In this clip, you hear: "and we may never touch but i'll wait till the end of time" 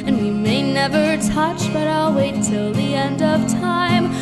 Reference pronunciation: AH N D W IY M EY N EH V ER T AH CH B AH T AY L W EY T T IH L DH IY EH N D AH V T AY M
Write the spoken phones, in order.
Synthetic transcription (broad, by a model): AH N W IY M EY N EH V ER T AH CH B AH T AY L W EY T T IH L DH IY EH N D AH V T AY M